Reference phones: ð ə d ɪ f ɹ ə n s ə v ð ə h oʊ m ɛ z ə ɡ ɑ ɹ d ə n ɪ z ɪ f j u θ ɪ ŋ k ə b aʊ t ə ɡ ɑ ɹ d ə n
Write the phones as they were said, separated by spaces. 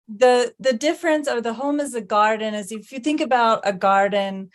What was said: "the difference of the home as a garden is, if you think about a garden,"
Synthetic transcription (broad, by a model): ð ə d ɪ f ɹ ə n s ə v ð ə h oʊ m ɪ z ə ɡ ɑ ɹ d n ɪ z ɪ f j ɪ θ ɪ ŋ k ə b aʊ t ə ɡ ɑ ɹ d n